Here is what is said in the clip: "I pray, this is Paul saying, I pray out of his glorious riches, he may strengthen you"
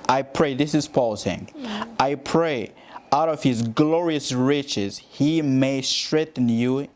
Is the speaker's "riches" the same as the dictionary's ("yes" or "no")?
yes